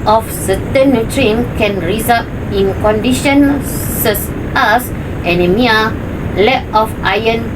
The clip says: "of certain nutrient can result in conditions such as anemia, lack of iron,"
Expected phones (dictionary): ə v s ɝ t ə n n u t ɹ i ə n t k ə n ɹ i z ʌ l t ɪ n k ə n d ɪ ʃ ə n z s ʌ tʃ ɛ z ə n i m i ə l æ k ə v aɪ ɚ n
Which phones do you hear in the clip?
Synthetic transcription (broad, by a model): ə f s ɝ t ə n n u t ɹ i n k ə n ɹ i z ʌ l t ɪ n k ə n d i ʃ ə n s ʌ s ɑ s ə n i m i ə l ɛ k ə f aɪ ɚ n